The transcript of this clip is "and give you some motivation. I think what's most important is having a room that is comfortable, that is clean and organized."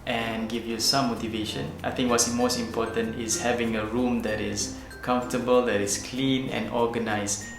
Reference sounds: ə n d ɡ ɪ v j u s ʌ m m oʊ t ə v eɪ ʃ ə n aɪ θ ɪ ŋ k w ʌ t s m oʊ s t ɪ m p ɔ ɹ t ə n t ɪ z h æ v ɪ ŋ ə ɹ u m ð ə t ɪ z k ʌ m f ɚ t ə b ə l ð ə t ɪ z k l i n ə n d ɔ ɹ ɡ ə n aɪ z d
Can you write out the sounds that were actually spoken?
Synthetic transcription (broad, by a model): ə n ɡ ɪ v j u s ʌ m m oʊ t ə v eɪ ʃ ə n aɪ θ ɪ ŋ k w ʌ t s m oʊ s t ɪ m p ɔ t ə n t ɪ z h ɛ v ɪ ŋ ə ɹ u m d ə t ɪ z k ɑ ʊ f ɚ t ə b ə l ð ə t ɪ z k l i n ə n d ɔ ɡ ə n aɪ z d